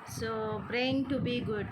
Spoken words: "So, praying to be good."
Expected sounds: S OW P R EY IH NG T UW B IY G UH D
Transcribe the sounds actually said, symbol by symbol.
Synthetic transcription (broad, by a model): S OW P R EY IH NG T UW B IY G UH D